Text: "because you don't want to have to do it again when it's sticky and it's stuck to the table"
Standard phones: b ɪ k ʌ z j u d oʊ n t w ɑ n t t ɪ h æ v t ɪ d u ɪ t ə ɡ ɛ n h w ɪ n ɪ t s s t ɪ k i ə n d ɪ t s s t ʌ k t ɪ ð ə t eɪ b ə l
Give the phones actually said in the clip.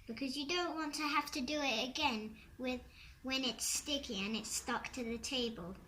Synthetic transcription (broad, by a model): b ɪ k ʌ z j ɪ d oʊ n t w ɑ n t t ɪ h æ f t ɪ d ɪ ɪ t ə ɡ ɛ n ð w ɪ n ɪ t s s t ɪ k i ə n ɪ t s s t ʌ k t ɪ ð ə t eɪ b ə l